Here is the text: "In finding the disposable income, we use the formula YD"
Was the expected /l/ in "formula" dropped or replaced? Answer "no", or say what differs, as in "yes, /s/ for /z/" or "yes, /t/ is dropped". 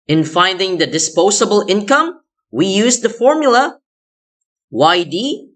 yes, /w/ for /l/